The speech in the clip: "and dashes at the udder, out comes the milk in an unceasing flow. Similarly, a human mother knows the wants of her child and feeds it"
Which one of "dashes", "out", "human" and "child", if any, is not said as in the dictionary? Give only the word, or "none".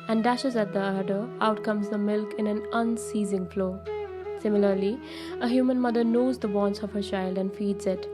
none